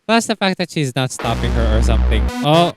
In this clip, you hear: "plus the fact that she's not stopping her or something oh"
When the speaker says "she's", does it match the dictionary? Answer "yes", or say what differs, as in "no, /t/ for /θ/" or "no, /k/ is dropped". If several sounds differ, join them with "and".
yes